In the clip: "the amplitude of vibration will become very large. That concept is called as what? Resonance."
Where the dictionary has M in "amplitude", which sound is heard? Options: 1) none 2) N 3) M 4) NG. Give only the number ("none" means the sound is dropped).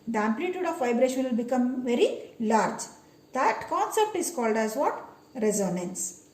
3